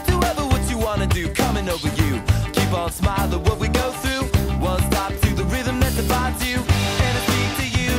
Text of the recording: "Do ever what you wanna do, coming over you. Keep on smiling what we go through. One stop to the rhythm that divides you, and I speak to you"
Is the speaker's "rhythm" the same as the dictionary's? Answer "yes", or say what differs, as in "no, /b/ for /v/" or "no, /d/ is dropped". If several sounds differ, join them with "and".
yes